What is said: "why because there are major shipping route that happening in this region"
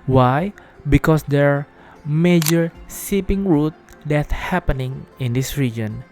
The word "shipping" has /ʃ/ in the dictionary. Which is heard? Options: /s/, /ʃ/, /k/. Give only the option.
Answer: /s/